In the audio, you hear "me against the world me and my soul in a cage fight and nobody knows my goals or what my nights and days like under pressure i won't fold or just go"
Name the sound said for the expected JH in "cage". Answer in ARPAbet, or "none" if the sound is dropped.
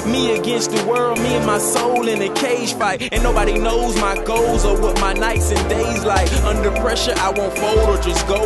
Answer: ZH